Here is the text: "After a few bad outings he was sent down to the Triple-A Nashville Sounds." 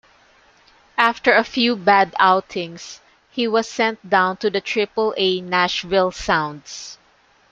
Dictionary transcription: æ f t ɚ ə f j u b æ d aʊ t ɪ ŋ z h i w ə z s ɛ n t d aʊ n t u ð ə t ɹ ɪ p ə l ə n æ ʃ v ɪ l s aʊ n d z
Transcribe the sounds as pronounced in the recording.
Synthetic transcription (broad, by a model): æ f t ɚ ə f j u b æ d aʊ t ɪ ŋ s h i w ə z s ɛ n t d aʊ n t u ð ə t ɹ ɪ p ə l ə n æ ʃ v ɪ l s aʊ n d s